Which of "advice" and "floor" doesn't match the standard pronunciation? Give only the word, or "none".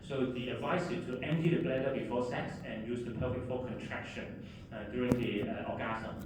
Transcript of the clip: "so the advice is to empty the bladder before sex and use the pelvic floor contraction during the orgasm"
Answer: floor